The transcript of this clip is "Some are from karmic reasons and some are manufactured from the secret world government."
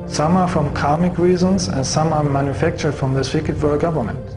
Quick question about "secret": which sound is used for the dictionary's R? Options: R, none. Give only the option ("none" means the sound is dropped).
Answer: none